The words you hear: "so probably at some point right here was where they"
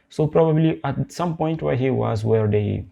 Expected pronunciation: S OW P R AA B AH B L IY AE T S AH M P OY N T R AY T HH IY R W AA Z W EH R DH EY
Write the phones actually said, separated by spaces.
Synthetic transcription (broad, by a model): S OW P R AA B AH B L IY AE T S AH M P OY N T W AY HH IY W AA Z W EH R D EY